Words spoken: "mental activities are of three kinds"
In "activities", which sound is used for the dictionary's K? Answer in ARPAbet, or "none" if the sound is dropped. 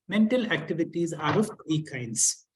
K